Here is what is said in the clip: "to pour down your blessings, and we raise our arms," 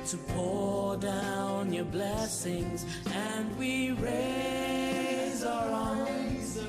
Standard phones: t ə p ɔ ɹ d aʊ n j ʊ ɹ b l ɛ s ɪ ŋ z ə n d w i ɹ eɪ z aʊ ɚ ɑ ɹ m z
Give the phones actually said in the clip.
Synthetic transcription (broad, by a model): t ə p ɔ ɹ d aʊ n j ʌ ɹ b l ɛ s ɪ ŋ z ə n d w i ɹ eɪ z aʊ ɚ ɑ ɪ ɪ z